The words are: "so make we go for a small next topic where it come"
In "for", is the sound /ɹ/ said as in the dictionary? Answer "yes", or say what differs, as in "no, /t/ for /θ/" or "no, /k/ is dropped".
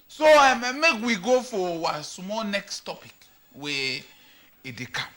no, /w/ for /ɹ/